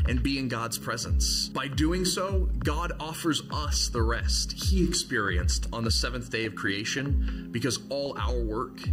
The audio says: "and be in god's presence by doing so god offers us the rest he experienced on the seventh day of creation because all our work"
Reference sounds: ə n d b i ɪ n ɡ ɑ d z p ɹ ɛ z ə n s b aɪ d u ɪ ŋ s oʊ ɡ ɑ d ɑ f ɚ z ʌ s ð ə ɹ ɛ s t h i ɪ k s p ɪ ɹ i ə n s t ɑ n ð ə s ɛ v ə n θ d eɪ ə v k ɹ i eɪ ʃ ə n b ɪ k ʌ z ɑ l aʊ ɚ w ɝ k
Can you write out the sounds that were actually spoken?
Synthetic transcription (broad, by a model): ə n b i ɪ n ɡ ɑ d z p ɹ ɛ z ə n s b aɪ d u ɪ ŋ s oʊ ɡ ɑ d ɑ f ɚ z ʌ s ð ə ɹ ɛ s t h i ɪ k s p ɪ ɹ i ə n s t n ð ə s ɛ v ə n θ d eɪ ə v k ɹ i eɪ ʃ ə n b ɪ k ʌ z ɑ l aʊ ɚ w ɝ k